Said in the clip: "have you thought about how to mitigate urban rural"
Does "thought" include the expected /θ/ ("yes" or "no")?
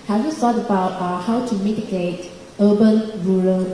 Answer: no